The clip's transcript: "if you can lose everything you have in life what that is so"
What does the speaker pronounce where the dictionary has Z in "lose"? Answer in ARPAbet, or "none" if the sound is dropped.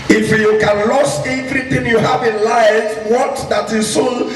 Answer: S